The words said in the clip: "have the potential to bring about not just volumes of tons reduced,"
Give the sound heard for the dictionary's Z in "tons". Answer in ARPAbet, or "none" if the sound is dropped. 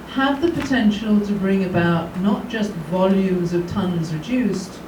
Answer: Z